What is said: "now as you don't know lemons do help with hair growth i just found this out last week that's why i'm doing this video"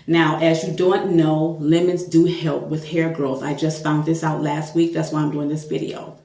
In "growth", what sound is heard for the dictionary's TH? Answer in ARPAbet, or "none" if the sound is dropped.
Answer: TH